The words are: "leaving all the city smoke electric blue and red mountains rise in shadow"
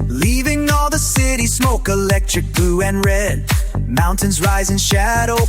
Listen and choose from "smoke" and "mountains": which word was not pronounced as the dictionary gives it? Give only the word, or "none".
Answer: none